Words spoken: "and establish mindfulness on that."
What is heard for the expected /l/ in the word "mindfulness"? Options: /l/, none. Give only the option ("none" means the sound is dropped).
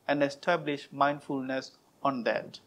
/l/